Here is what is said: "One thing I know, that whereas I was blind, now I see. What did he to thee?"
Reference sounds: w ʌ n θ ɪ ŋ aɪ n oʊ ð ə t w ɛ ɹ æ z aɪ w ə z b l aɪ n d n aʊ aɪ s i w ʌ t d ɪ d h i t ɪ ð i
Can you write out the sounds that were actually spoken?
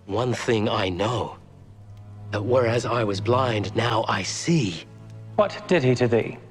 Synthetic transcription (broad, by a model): w ʌ n θ ɪ ŋ aɪ n oʊ ð ə t w ɛ ɹ æ z aɪ w ə z b l aɪ n d n aʊ aɪ s i w ʌ t d ɪ d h i t ɪ ð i